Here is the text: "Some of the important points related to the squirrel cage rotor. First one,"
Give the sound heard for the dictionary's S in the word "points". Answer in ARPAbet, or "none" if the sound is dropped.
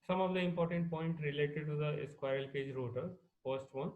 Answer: none